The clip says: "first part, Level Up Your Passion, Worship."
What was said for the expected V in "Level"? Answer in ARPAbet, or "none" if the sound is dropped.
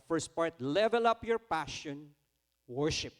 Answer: V